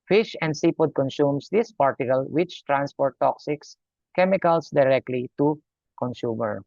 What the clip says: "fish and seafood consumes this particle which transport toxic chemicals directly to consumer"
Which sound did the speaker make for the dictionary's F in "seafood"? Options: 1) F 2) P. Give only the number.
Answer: 2